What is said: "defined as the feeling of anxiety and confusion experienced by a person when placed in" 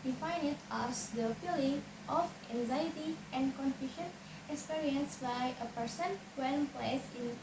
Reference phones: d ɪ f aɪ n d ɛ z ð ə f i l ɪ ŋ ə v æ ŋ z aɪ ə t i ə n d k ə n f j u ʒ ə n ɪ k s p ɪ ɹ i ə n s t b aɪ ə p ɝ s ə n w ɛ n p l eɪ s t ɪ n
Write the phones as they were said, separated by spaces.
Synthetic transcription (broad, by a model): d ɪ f aɪ n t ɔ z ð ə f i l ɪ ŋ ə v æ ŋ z aɪ t i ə n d k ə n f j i ʃ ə n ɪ k s p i ɹ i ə n s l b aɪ ə p ɝ s ə n w ɛ n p l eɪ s ɪ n